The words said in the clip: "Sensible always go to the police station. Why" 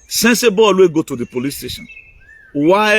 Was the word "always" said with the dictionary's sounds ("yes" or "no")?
no